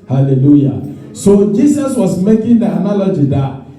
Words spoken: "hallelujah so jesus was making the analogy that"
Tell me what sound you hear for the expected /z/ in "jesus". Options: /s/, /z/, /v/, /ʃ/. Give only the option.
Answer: /s/